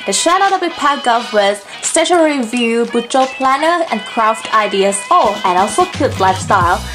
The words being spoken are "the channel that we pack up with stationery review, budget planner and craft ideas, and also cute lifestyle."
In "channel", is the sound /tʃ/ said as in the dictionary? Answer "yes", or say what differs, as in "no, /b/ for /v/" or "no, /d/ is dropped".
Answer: no, /ʃ/ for /tʃ/